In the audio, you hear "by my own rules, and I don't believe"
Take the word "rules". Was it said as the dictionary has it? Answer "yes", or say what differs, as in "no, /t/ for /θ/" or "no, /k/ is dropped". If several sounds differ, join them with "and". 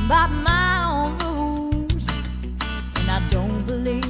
no, /l/ is dropped